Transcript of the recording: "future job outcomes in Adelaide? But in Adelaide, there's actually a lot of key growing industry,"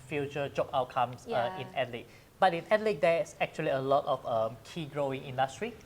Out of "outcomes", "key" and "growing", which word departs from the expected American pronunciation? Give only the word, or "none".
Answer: outcomes